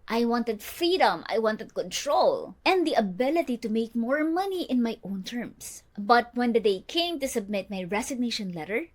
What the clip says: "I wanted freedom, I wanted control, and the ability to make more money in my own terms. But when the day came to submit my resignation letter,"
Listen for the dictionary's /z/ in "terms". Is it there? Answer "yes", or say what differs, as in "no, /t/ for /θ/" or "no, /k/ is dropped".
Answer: no, /s/ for /z/